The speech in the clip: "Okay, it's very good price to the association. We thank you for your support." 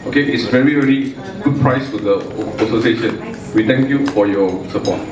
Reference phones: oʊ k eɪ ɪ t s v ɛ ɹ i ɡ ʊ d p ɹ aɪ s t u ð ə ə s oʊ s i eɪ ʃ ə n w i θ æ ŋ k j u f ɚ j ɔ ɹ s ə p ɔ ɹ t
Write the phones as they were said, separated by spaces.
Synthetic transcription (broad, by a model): oʊ k eɪ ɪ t s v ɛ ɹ i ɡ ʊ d p ɹ aɪ s t u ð ə ə s oʊ s i eɪ ʃ ə n w i t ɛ ŋ k j u f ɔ j ɔ s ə p ɔ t